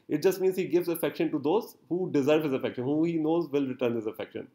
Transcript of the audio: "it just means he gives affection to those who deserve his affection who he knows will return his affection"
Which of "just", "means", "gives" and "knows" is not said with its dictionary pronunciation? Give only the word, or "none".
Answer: none